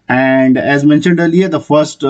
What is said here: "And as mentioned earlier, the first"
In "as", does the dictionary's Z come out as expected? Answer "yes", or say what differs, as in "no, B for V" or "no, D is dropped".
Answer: yes